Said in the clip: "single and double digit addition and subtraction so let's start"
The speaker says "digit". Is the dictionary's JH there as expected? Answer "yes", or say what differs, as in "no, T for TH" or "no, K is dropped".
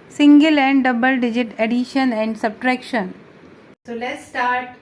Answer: yes